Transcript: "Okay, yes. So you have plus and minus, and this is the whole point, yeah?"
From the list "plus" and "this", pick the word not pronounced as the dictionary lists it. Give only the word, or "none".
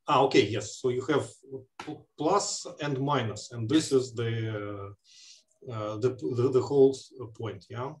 none